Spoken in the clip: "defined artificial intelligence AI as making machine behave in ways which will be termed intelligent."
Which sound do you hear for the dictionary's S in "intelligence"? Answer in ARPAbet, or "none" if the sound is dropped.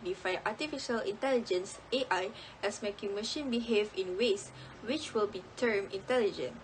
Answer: S